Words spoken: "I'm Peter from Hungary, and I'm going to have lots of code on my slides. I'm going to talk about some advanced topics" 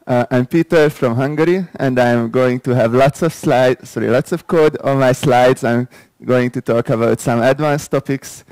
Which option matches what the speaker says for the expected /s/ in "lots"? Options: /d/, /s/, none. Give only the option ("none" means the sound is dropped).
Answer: /s/